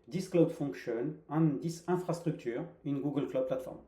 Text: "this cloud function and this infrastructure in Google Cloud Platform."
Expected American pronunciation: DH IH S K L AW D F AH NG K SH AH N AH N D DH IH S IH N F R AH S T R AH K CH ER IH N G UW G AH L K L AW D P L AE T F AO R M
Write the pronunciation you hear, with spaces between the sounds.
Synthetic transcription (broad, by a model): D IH S K L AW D F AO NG K SH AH N AH N D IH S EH F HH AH S T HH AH K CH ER IH N G UW G AH L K L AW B P L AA T F AO R M